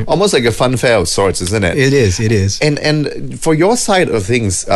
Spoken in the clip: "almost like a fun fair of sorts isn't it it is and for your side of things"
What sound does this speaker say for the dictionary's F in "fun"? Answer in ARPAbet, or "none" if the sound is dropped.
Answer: F